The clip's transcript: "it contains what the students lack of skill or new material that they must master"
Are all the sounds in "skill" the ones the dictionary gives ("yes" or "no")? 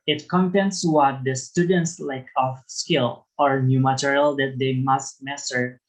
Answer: yes